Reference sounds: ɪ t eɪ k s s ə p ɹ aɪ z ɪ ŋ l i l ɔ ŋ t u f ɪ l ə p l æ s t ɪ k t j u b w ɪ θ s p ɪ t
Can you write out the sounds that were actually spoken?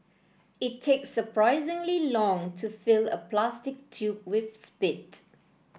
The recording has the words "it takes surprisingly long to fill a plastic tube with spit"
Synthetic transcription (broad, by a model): ɪ t eɪ k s s ə p ɹ aɪ z ɪ ŋ l i l ɔ ŋ t u f ɪ l ə p l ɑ s t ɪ k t j u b w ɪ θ s p ɪ t